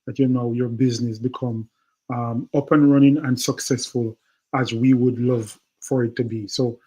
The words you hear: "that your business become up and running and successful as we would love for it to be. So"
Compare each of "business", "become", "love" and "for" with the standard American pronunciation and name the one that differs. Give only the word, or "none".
none